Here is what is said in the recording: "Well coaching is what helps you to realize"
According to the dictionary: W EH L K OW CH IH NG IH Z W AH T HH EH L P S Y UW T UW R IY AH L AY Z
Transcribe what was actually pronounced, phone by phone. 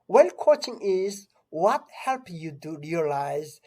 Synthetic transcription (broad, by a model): W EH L K OW CH IH NG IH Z W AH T HH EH L P Y UW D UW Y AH L AY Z